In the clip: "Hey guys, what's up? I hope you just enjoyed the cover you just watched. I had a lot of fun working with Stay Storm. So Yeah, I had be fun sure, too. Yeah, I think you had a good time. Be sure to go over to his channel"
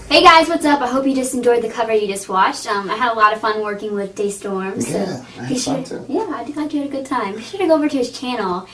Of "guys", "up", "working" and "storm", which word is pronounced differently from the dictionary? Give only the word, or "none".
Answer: none